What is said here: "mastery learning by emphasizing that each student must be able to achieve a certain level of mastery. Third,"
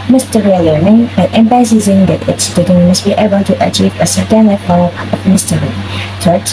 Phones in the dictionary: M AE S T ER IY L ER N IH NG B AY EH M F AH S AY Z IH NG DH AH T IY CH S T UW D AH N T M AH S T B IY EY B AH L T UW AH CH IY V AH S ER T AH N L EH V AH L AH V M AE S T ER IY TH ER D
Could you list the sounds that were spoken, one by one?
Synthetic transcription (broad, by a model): M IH S T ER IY L ER N IH NG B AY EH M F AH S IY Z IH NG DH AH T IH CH S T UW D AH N M AH S T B IY EY B AH L T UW AH CH IY V AH S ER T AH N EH AH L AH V M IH S T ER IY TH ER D